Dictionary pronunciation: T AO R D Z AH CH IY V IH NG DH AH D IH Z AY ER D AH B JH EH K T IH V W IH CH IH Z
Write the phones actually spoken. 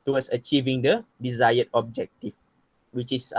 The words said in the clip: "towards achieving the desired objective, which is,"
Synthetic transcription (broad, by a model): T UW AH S AH CH IY V IH NG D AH D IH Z AY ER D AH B JH EH K T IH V W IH CH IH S